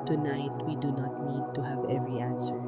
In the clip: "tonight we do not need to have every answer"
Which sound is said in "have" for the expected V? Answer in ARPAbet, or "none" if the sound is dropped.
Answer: V